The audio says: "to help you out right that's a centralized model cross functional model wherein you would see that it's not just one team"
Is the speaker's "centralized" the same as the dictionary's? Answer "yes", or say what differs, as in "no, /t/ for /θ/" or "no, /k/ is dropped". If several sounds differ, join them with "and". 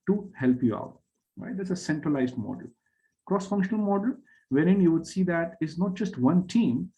yes